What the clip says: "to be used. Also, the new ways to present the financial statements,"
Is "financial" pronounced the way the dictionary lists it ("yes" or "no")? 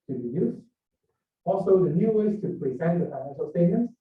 no